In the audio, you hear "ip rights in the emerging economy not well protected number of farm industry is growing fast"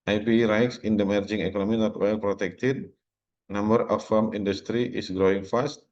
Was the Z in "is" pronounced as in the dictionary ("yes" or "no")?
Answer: no